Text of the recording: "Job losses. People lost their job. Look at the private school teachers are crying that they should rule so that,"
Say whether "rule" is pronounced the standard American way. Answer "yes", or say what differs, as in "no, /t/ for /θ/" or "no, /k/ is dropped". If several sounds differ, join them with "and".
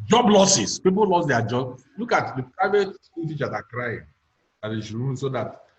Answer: no, /n/ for /l/